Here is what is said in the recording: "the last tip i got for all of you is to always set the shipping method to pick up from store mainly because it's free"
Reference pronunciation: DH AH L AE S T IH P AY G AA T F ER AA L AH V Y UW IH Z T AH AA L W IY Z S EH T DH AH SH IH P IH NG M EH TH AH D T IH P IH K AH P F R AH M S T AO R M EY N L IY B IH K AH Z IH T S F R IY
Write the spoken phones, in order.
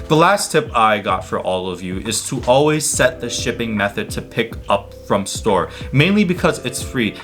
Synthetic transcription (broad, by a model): DH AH L AE S T IH P AY G AA T F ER AA L AH V Y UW IH Z T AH AA L W IY Z S EH T DH AH SH IH P IH NG M EH TH AH D T IH P IH K AH P F R AH M S T AO R M EY N L IY B IH K AH Z IH T S F R IY